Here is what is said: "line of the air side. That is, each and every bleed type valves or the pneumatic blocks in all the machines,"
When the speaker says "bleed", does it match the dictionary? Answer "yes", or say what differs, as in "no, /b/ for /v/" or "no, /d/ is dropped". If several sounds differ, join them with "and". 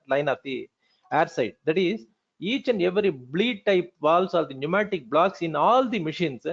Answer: yes